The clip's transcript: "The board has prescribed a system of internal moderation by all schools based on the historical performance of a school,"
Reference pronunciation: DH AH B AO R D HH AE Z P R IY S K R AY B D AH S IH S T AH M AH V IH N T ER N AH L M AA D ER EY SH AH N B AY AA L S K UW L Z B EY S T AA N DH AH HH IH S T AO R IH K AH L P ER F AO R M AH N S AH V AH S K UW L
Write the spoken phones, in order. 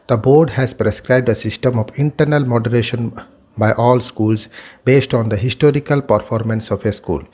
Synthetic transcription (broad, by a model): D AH B AO R D HH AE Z P R IY S K R AY B D AH S IH S T AH M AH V IH N T ER N AH L M AA D ER EY SH AH N B AY AA L S K UW L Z B EY S T AA N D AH HH IH S T AO R IH K AH L P ER F AO R M AH N S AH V AH S K UW L